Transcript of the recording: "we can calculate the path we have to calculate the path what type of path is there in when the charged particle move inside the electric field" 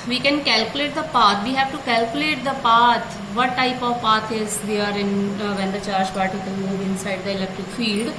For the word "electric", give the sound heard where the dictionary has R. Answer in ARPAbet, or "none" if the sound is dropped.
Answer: R